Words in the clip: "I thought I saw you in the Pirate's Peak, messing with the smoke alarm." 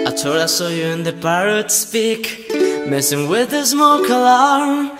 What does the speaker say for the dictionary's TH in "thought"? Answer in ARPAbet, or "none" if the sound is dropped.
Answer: T